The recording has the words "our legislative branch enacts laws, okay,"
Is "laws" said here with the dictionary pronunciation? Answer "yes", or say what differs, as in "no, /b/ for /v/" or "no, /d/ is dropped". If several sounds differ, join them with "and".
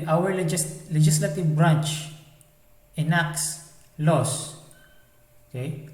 no, /s/ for /z/